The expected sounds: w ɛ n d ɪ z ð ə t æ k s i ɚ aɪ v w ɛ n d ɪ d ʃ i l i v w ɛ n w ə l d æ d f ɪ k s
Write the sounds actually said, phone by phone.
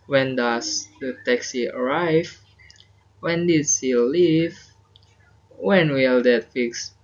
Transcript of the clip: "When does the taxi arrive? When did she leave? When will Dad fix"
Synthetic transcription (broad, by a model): w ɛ n d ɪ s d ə t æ k s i ɚ aɪ v w ɛ n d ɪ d s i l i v w ɛ n w ə l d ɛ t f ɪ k s